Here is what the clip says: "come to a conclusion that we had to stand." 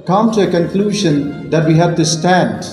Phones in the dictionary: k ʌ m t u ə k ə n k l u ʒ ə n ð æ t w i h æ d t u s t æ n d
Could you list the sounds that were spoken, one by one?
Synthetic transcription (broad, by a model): k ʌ m t u ə k ə n k l u ʒ ə n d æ t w i h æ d t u s t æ n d